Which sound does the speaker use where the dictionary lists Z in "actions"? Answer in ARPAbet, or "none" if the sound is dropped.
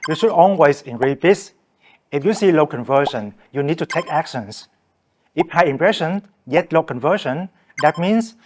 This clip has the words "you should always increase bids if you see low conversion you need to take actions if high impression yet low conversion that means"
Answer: S